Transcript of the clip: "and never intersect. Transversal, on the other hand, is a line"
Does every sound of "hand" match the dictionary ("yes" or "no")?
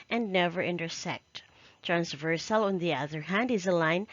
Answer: yes